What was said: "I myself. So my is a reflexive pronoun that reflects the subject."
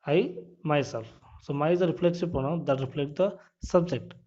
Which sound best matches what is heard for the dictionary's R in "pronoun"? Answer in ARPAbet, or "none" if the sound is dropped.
none